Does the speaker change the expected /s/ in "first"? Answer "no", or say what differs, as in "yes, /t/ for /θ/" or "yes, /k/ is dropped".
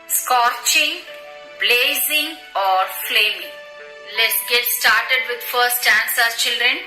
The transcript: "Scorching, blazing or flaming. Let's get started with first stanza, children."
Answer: yes, /s/ is dropped